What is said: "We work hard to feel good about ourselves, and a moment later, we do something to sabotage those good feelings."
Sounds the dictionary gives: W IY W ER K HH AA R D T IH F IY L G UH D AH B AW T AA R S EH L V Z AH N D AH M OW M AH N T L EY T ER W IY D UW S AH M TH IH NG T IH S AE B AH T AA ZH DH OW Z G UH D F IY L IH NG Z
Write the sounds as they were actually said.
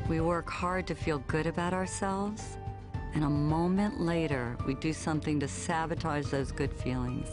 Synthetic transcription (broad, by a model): W IY W ER K HH AA R D T IH F IY L G UH D AH B AW T AA R S EH L V Z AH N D AH M OW M AH N T L EY T ER W IY D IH S AH M TH IH NG T IH S AE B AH T AA Z DH OW Z G UH D F IY L IH NG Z